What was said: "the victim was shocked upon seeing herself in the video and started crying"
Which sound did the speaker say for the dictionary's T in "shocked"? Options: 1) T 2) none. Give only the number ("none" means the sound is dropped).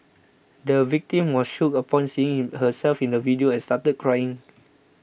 2